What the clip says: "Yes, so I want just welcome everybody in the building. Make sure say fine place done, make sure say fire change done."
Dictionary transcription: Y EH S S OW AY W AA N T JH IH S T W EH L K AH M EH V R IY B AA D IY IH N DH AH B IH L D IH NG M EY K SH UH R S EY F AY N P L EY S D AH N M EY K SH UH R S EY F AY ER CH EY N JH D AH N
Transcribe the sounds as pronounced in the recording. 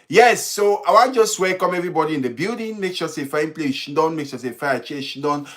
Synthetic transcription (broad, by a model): Y EH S S OW AY W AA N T JH IH S T W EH K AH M EH V R IY B AA D IY IH N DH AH B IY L D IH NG M EY K SH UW S EY F AY N P L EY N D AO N M EY K SH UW S EY F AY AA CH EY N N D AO N